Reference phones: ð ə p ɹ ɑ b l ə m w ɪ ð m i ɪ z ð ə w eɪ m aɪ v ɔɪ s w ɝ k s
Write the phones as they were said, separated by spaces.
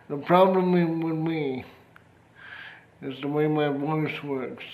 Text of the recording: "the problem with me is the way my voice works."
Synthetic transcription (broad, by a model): ð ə p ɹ ɑ b l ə m w ɪ ð m i ɪ z ð ə w eɪ m aɪ w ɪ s w ɝ k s